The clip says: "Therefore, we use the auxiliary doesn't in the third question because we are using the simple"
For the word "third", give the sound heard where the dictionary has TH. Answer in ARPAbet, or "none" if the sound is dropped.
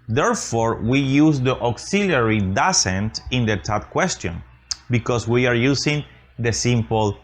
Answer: T